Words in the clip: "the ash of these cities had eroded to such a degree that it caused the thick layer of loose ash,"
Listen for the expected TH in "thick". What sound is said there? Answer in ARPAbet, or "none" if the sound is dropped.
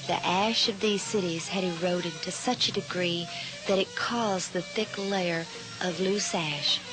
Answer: TH